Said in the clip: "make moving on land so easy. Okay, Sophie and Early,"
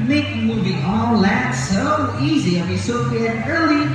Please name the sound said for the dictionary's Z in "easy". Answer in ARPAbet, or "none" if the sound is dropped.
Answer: Z